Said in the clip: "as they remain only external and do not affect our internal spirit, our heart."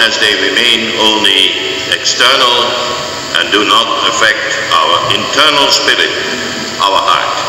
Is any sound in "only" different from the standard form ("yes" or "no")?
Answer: no